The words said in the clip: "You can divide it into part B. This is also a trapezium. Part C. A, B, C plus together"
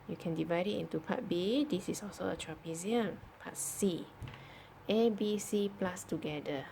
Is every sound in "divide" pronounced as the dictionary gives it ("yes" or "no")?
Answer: yes